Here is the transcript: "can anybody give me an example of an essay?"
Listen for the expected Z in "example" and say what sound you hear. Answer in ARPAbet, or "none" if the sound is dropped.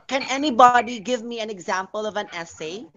Z